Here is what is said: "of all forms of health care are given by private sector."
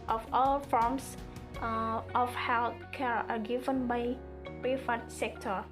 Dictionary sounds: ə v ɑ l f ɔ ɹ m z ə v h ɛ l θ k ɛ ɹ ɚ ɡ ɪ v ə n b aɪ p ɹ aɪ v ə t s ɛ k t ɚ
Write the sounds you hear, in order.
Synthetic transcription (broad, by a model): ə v ɑ l f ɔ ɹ m s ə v h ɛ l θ k ɛ ɹ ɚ ɡ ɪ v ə n b aɪ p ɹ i f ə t s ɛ k t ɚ